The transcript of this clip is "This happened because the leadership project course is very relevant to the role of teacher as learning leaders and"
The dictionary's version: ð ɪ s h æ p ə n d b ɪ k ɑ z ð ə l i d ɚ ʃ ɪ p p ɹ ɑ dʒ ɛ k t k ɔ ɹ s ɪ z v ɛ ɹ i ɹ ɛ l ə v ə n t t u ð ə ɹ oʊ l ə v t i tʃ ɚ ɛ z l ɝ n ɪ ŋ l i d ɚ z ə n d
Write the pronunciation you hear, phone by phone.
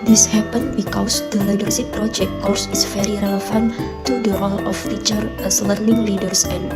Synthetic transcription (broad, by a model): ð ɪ s h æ p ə n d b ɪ k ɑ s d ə l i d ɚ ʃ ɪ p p ɹ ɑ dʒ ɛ k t k ɔ ɹ s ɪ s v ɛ ɹ i ɹ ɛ l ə f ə n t t u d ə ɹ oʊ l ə f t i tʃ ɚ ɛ s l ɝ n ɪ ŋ l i d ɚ s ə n